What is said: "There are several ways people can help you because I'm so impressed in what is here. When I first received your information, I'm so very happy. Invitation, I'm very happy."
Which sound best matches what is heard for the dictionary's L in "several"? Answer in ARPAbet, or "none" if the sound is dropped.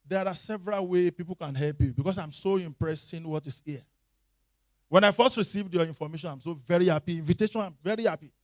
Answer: L